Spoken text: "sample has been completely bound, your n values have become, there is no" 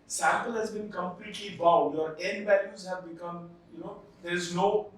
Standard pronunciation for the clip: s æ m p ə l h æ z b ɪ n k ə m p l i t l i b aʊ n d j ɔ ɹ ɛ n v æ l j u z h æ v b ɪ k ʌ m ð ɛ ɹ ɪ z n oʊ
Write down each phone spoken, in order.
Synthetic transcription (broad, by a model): s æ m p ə l h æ z b ɪ n k ə m p l i t l i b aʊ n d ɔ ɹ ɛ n b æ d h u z h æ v b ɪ k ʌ m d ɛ ɹ ɪ z n oʊ